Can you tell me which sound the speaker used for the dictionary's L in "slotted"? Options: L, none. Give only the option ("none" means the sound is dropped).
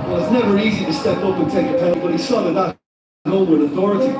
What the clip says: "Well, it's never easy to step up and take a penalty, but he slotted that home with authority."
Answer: none